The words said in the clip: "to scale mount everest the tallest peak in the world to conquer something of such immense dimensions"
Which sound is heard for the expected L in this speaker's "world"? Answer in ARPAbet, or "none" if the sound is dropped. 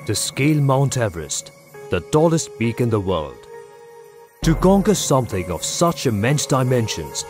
L